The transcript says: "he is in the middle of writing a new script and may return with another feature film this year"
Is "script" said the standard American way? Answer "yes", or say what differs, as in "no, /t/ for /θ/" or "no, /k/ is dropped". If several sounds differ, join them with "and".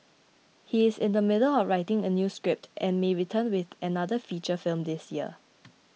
yes